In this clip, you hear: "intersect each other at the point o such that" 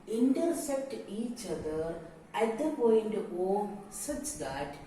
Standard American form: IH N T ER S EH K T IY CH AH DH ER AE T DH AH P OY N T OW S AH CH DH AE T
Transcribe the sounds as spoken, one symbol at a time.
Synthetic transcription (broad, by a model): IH N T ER S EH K T IY CH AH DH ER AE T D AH P OY N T OW S AH CH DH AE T